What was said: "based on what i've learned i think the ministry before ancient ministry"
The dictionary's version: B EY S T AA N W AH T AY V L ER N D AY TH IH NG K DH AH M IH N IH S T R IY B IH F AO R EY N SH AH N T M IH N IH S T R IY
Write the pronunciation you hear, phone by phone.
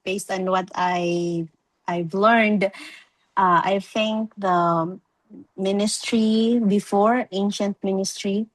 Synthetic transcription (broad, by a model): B EY S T AA N W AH T AY V L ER N D AY TH IH NG K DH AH M IH N IH S T R IY B IH F AO R EY N SH AH N T M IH N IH S T R IY